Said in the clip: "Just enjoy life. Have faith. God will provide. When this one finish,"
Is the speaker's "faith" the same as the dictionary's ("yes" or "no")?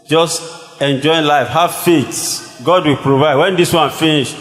no